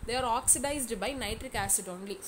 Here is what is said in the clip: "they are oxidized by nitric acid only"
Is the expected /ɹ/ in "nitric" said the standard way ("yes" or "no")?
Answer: yes